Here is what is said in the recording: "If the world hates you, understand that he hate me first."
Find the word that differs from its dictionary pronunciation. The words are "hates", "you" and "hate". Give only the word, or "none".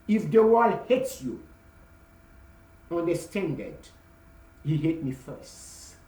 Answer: none